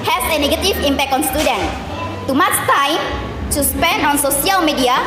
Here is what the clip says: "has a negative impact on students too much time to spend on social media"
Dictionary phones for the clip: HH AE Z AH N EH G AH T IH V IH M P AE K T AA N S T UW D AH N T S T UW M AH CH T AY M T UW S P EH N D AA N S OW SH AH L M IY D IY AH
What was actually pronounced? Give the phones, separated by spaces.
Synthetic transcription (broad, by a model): HH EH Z AH N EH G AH T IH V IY M P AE K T AA N S T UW D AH N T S T UW M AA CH T AY M T UW S P EH N D AA N S OW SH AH L M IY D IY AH